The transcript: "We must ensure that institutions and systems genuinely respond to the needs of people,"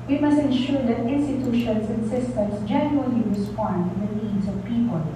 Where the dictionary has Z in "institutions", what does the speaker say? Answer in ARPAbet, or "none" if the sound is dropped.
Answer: S